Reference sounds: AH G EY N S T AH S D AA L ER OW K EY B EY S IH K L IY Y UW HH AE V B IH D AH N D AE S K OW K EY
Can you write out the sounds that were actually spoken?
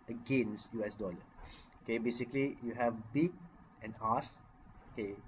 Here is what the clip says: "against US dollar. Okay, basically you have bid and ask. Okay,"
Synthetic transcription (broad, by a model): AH G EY N S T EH S D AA L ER OW K EY B EY S IH K L IY Y UW HH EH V B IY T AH N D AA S OW K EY